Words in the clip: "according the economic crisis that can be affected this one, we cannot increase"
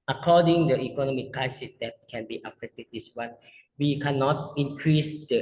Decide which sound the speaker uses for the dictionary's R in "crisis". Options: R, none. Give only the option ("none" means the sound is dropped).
none